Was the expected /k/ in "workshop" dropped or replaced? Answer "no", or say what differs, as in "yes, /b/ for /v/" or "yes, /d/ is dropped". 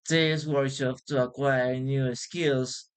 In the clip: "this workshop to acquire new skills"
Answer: yes, /k/ is dropped